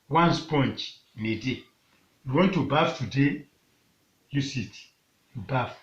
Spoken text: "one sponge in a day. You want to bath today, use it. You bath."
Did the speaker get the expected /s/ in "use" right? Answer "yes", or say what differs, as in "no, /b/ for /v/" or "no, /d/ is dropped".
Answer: yes